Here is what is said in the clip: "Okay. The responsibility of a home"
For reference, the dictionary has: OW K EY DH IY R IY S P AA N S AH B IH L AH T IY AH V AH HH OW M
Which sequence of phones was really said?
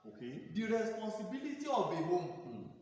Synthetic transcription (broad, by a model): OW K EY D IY R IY S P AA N S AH B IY L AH T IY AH B AH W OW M